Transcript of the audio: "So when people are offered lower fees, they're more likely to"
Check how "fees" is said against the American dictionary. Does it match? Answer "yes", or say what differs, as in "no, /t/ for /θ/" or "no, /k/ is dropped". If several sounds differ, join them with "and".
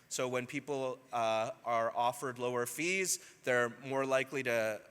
yes